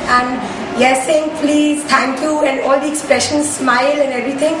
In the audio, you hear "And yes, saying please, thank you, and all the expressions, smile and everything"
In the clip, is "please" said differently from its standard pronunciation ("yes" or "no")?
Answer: no